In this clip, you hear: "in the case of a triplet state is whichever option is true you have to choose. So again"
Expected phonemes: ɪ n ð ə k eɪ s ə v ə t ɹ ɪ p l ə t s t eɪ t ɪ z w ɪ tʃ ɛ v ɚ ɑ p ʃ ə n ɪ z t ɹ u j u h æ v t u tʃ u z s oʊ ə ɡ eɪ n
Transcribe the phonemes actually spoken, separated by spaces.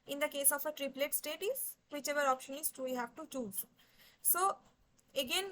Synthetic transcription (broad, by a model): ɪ n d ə k eɪ s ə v ə t ɹ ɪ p l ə t s t eɪ t ɪ z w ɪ tʃ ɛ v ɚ ɑ p ʃ ə n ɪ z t u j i h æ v t u tʃ u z s oʊ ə ɡ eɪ n